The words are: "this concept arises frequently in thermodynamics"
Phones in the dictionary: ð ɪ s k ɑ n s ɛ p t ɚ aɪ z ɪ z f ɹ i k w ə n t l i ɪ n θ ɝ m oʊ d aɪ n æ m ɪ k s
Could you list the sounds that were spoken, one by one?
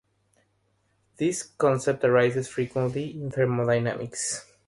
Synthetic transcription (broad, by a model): ð ɪ s k ɑ n s ɛ p t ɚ aɪ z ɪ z f ɹ i k w ə n t l i ɪ n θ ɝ m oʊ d aɪ n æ m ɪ k s